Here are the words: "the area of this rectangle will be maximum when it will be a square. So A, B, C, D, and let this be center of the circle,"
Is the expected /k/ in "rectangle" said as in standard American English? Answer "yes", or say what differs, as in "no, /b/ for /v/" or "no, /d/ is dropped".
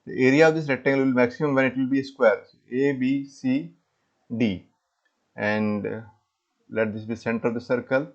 no, /k/ is dropped